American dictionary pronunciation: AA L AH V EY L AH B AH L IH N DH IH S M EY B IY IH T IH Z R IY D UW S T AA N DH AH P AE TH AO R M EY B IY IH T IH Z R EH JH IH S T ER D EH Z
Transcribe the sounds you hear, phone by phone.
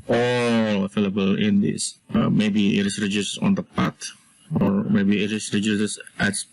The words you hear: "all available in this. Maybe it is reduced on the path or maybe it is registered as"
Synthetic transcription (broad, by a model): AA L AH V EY L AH B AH L IH N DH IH S M EY B IY IH T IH S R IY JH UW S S AA N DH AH P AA T AO R M EY B IY IH T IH S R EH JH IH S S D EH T